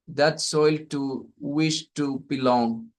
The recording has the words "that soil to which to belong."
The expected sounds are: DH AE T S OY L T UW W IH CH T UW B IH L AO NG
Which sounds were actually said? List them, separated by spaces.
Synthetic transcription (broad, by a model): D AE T S OY L T UW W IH SH T UW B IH L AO NG